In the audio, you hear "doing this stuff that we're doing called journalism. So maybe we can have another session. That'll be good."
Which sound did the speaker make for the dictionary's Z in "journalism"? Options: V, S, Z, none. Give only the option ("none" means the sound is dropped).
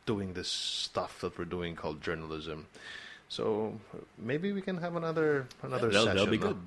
Z